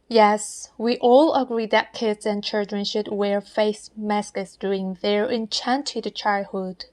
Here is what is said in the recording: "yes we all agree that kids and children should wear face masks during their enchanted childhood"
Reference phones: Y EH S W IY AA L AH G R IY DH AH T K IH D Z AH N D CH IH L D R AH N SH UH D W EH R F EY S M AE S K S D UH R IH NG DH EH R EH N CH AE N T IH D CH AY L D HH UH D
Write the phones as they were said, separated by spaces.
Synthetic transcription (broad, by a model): Y EH S W IY AA L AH G R IY DH AH T K IH D Z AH N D CH IH L D R AH N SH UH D W EH R F EY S M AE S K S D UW IH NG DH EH R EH N CH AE N T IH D CH AY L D HH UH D